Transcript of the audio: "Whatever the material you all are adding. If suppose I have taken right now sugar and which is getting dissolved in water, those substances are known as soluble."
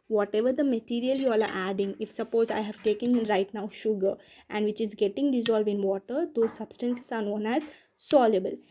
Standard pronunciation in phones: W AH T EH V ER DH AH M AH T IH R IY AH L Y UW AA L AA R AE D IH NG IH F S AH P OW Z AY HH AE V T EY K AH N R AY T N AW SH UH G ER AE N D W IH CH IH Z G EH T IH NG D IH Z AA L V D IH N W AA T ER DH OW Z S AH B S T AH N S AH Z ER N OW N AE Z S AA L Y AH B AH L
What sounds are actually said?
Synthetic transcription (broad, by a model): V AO T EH V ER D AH M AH T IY R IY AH L Y UW AA L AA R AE D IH NG IH F S AH P OW Z AY HH AE V T EY K AH N R AY T N AW SH UH G ER AE N D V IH CH IH Z G EH T IH NG D IH Z AA L V D IH N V AA T ER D OW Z S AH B S T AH N S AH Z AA N OW N AE Z S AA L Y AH B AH L